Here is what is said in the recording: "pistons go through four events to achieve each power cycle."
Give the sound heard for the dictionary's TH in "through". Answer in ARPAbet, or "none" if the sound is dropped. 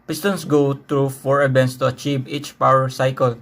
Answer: T